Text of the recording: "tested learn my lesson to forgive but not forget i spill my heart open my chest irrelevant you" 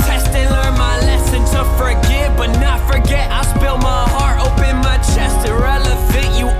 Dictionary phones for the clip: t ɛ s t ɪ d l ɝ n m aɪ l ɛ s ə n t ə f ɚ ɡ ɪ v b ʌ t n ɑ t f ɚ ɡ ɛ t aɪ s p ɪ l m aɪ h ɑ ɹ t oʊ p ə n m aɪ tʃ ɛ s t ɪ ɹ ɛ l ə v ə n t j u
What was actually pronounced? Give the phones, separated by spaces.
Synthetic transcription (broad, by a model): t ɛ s t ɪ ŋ l ɝ n m aɪ l ɛ s ə n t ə f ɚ ɡ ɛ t b ʌ t n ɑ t f ɚ ɡ ɛ t aɪ s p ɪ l m aɪ h ɑ ɹ t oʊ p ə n m aɪ tʃ ɛ s t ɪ ɹ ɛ l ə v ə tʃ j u